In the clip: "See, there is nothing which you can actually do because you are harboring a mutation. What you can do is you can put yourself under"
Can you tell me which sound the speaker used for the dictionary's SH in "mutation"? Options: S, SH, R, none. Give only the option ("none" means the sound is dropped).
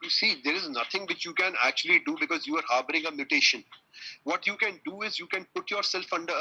SH